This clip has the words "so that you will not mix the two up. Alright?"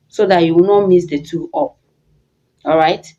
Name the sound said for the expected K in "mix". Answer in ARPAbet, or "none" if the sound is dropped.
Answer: none